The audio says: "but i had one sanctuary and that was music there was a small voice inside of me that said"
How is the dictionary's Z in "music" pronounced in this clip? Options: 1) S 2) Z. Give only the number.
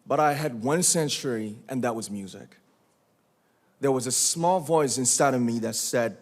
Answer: 2